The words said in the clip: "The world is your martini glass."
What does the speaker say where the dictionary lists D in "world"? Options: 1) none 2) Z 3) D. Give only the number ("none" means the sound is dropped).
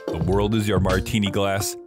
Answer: 3